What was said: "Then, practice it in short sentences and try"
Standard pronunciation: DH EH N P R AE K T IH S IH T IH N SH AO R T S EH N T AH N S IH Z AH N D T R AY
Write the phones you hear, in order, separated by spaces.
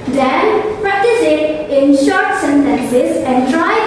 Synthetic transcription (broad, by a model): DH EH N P R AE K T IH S IH T IH N SH AO R T S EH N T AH N S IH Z AH N D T R AY